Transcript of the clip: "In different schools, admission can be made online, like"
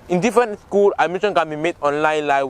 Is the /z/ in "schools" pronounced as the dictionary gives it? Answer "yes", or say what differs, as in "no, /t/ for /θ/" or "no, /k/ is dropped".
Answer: no, /z/ is dropped